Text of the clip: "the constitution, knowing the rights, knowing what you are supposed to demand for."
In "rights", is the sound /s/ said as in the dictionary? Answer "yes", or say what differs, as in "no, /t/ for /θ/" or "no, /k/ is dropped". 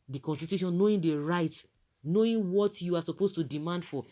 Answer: no, /s/ is dropped